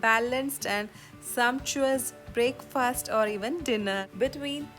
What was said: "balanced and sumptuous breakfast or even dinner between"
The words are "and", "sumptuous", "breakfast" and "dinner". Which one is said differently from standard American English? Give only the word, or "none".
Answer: none